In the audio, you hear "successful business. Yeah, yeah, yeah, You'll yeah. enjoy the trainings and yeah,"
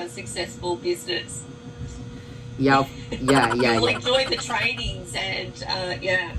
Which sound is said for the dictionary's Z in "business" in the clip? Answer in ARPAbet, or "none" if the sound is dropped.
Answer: Z